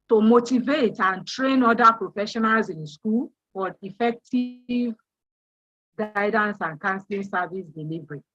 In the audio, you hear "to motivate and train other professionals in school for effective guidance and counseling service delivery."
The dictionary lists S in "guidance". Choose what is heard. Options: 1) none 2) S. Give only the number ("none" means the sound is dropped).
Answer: 2